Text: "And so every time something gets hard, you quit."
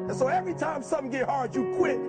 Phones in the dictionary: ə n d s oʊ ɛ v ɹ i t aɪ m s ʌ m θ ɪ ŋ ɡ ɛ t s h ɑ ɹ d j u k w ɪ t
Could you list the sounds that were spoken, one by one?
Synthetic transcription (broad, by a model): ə n s oʊ ɛ v ɹ i t aɪ m s ʌ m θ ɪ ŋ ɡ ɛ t h ɑ ɹ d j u k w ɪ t